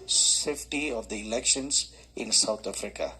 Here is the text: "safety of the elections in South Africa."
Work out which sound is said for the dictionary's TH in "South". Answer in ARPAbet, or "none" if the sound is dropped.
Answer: T